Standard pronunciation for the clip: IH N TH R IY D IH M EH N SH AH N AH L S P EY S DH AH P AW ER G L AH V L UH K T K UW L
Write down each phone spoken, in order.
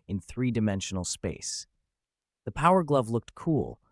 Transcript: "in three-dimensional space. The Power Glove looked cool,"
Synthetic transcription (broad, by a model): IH N TH R IY D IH M EH N SH N L S P EY S DH AH P AW ER G L AH V L UH K T K UW L